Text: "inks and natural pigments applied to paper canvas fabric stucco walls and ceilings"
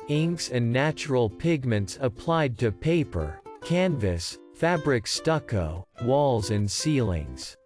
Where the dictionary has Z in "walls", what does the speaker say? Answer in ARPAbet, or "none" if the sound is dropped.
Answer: Z